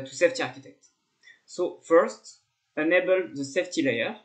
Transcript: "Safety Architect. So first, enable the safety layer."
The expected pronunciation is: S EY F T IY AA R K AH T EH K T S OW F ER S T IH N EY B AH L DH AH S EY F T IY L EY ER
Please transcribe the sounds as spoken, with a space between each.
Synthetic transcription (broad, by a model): S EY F T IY AA R K AH T EH K T S OW F ER S T IH N EY B AH L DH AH S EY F T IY L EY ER